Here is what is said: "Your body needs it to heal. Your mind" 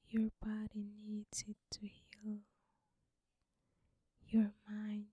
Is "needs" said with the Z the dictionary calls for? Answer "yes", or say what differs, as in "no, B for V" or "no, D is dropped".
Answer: no, Z is dropped